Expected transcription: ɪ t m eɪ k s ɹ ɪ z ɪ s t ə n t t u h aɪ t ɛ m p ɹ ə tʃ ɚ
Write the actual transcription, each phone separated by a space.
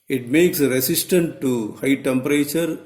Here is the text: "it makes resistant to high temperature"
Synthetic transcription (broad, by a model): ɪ t m eɪ k s ɹ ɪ s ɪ s t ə n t t u h aɪ t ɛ m p ɹ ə tʃ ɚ